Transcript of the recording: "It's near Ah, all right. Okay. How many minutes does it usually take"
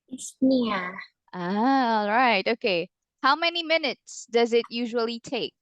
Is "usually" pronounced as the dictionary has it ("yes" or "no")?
yes